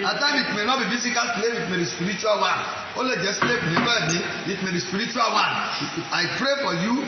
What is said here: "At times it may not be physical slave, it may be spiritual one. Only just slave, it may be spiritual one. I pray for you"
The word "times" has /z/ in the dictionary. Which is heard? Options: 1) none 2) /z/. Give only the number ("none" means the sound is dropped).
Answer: 1